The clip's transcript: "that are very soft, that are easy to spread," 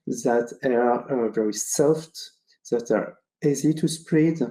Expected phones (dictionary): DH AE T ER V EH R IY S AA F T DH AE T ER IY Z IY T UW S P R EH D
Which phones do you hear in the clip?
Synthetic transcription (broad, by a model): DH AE T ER V EH R IY S AA F T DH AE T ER IY Z IY T UW S P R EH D